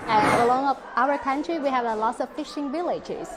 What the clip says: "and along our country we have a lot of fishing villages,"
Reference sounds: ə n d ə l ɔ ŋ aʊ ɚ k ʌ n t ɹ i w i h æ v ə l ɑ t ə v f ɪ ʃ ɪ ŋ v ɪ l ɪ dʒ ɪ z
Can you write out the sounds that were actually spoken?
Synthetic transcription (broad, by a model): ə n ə l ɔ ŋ aʊ ɚ k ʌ n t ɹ i w i h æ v ə l ɑ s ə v f ɪ ʃ ɪ ŋ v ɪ l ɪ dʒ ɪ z